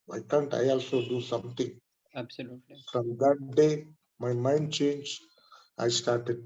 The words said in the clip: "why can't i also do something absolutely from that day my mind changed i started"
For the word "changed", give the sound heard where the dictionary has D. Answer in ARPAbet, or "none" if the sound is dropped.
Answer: none